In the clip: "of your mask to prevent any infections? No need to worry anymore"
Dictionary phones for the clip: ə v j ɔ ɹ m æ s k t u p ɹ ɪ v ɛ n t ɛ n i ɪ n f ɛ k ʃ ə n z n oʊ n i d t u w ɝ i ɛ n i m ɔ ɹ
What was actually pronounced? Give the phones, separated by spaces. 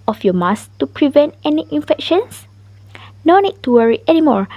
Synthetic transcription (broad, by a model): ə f j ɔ m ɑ s t u p ɹ ɪ v ɛ n t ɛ n i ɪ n f ɛ k ʃ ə n s n oʊ n i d t u w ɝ i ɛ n i m ɔ ɹ